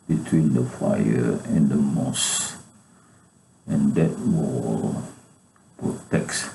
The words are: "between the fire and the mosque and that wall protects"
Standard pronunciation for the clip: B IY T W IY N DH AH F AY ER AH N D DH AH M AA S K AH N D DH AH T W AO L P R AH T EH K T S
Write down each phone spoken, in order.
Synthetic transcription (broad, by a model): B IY T W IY N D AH F AY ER AH N D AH M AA S AH N D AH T W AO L P R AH T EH K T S